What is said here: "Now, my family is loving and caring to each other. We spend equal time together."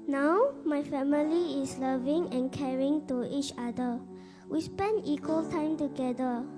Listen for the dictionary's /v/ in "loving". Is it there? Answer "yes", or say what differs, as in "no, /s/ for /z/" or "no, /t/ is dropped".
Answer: yes